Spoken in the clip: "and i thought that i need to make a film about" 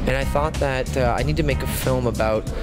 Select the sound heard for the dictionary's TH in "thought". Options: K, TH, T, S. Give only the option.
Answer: TH